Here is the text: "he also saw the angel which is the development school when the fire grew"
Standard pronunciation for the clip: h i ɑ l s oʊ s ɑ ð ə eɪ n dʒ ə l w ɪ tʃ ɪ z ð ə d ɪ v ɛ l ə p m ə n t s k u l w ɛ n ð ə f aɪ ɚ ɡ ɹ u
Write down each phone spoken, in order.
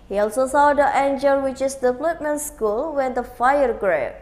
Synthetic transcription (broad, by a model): h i ɑ l s oʊ s ɑ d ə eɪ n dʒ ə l w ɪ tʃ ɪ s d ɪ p l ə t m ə n s k u l w ɛ n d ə f aɪ ɚ ɡ ɹ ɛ